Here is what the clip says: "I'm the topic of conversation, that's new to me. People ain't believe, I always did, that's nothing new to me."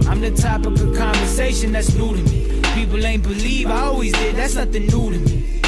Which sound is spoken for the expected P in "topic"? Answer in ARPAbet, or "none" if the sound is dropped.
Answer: none